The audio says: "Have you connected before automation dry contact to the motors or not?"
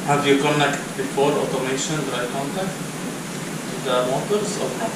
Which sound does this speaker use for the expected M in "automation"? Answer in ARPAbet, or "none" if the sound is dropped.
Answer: M